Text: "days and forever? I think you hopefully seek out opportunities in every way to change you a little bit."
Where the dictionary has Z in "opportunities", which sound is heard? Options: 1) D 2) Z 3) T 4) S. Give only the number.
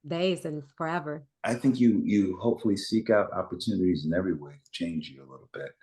2